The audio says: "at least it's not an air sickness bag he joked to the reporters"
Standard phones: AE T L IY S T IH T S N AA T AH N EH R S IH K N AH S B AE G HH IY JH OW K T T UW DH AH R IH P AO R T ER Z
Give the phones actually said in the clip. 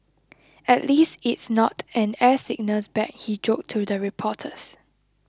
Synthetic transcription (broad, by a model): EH T L IY S T IH T S N AA T AH N EH S IH K N AH S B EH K HH IY JH OW K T T UW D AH R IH P AO T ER S